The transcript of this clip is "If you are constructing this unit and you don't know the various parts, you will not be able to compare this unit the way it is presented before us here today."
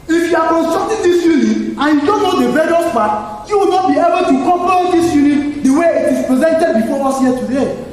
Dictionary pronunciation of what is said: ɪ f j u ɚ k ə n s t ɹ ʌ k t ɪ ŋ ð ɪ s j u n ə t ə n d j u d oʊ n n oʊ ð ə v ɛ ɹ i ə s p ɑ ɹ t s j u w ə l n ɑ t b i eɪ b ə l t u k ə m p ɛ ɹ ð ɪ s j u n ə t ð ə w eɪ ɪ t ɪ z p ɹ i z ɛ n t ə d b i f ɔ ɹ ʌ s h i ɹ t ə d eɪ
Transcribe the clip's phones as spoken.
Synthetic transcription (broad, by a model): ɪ f j u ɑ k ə n s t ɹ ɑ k t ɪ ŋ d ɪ s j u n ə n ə n j u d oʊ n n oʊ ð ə b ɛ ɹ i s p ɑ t j u w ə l n ɑ t b i eɪ b ə l t u k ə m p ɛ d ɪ s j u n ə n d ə w eɪ ɪ t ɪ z p ɹ i z ɛ n t ə d b i f ɔ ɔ s h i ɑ t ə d eɪ